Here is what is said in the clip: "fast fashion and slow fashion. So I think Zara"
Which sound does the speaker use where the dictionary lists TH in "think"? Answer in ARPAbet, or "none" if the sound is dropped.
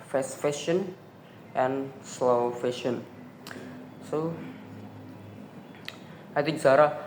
T